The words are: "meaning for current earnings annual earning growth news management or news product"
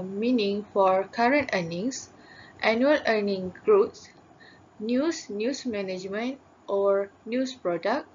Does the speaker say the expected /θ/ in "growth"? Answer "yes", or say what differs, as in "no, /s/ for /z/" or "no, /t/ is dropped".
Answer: no, /s/ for /θ/